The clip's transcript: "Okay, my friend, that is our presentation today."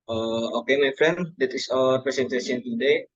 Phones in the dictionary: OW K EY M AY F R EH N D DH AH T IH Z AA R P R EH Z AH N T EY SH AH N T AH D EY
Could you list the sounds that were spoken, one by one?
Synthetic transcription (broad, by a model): OW K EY M AY F R EH N D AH T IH S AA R P R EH S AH N T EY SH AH N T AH D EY